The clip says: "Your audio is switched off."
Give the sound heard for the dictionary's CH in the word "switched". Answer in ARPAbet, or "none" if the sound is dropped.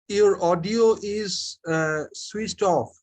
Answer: S